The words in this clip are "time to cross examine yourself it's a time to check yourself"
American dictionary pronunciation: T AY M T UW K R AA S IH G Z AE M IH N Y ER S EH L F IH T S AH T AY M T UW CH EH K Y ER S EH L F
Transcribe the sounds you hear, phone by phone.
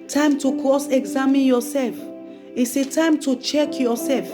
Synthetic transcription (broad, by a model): T AY M T UW K AA S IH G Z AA M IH N Y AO S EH L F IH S AH T AY M T UW CH EH K Y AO S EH L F